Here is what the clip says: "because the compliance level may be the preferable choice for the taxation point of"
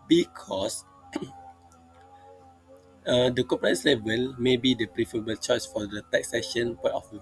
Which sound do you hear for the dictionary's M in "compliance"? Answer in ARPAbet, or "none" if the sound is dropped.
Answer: none